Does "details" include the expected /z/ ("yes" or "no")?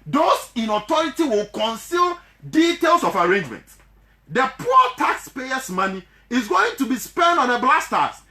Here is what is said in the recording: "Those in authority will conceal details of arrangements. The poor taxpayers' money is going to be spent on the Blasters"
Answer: no